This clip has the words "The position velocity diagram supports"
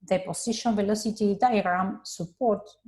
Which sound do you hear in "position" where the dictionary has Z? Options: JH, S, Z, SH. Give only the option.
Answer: S